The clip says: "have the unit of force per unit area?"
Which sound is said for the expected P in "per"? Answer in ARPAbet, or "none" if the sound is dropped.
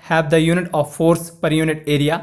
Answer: P